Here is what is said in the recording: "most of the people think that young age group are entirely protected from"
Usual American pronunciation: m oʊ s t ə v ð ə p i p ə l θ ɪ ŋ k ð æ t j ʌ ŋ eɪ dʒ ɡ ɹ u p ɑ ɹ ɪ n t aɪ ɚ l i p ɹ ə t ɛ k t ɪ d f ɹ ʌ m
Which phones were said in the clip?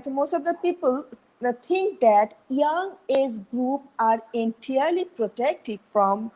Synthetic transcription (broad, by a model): m oʊ s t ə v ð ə p i p ə l t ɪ ŋ k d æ t j ʌ ŋ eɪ z ɡ ɹ u p ɑ ɹ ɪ n t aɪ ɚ l i p ɹ ə t ɛ k t ɪ d f ɹ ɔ m